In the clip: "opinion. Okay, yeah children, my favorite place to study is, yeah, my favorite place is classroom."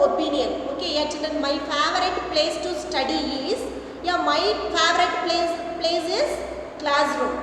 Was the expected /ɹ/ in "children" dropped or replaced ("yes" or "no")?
yes